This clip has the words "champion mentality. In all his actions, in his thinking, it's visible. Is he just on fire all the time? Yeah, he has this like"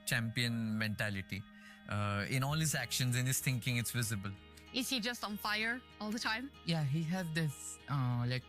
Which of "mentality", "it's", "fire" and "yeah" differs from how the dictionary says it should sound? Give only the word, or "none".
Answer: none